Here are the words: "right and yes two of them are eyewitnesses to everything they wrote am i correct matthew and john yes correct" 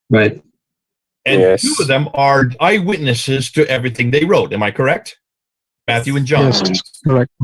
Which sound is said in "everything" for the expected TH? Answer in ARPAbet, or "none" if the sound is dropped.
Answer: TH